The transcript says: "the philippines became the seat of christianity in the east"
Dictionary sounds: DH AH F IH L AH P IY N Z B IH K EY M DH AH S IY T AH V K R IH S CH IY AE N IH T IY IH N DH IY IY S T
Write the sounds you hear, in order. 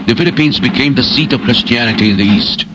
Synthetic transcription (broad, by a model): DH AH F IH L AH P IY N Z B IH K EY M DH AH S IY T AH V K R IH S CH IY AE N IH T IY IH N DH IY IY S T